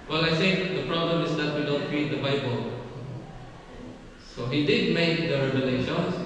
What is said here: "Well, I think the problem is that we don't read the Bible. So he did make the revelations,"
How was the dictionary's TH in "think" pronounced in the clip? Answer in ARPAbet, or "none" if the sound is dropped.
S